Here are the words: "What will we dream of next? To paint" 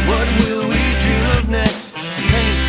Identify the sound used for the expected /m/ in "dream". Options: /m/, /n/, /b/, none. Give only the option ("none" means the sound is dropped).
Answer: none